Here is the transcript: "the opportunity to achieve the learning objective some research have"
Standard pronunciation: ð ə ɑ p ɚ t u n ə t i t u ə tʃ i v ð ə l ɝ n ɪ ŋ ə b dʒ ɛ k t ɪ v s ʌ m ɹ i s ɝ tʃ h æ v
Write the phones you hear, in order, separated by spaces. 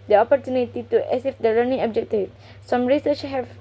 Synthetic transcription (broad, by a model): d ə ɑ p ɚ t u n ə t i t u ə s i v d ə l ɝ n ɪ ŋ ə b dʒ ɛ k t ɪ s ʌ m ɹ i s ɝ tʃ h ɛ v